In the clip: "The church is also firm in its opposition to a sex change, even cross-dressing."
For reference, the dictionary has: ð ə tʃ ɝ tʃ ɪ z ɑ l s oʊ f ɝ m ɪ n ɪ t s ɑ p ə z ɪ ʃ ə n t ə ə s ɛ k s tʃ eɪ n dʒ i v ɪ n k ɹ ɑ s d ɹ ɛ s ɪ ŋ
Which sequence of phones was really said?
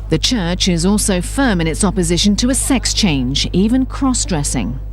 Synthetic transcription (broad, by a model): ð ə tʃ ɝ tʃ ɪ z ɑ l s oʊ f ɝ m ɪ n ɪ t s ɑ p ə z ɪ ʃ ə n t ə ə s ɛ k s tʃ eɪ n dʒ i v ɪ n k ɹ ɑ s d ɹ ɛ s ɪ ŋ